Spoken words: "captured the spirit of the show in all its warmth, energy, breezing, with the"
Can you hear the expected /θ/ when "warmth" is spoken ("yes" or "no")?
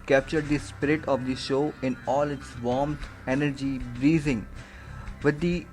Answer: no